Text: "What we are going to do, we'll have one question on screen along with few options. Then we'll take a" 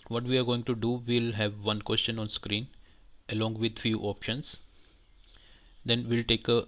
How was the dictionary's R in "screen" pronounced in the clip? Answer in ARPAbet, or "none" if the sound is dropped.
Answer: R